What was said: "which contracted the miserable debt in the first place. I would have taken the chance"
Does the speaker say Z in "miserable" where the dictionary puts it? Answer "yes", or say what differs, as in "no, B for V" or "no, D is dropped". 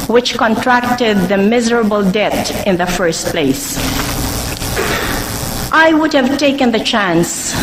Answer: yes